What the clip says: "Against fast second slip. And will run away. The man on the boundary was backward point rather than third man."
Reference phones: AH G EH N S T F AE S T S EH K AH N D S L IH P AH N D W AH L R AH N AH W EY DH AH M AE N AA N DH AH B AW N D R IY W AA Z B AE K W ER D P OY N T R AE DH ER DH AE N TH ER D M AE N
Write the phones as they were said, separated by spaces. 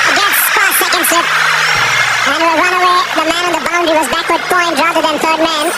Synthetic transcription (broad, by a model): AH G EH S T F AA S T S EH K AH N D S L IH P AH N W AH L R AH N AH W EY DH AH M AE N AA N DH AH B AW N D IY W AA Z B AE K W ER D P OY N T R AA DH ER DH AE N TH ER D M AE N